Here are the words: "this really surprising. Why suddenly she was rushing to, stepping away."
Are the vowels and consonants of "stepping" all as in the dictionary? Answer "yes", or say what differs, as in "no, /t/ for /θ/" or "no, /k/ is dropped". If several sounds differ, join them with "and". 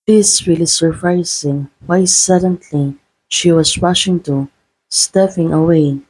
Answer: no, /f/ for /p/